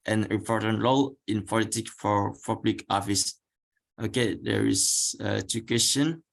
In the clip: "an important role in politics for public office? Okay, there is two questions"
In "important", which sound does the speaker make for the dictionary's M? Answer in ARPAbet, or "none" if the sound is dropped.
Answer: none